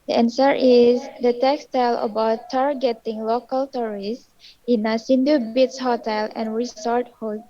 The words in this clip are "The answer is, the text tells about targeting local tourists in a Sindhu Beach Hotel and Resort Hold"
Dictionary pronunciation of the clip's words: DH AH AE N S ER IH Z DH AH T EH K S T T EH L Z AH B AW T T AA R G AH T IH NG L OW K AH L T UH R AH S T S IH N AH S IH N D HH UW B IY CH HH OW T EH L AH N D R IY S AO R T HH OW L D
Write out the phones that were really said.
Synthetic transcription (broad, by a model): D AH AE N S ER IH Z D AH T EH K S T T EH L AH B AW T T AA R G AH T IH NG L OW K AH L T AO R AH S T IH N AH S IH N D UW B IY S HH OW T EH L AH N R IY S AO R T HH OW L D